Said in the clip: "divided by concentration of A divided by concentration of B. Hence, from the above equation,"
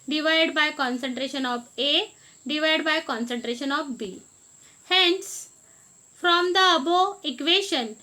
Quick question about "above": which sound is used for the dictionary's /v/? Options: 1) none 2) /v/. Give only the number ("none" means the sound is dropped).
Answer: 1